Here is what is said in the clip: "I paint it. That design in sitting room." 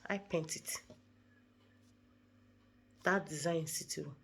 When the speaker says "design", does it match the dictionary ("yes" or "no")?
no